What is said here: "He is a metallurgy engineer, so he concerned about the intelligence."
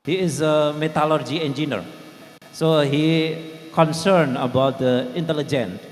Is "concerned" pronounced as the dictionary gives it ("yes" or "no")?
no